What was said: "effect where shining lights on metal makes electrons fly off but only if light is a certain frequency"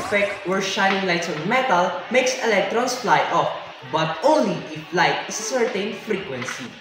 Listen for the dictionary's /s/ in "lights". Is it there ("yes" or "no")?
no